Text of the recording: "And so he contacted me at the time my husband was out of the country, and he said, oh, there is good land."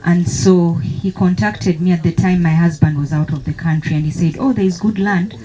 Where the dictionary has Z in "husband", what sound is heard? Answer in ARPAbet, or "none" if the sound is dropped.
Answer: Z